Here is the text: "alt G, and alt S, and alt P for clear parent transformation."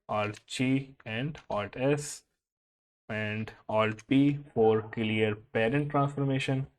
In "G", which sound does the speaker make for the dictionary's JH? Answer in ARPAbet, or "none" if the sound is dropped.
CH